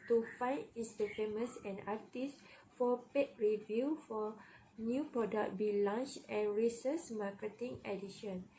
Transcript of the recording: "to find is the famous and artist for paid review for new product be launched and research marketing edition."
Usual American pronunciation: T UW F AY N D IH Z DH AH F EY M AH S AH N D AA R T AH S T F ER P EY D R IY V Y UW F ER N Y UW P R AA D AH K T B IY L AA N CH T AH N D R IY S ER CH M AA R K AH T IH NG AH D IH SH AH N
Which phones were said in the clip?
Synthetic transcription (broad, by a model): T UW F AY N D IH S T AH F EY M AH S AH N AA T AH S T F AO P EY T R IY V Y UW F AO N Y UW P R AA D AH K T B IY L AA N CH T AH N R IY S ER S M AA K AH T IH NG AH D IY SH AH N